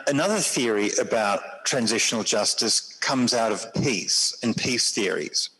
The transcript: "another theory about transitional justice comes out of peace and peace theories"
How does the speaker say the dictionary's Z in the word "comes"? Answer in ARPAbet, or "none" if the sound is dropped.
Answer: Z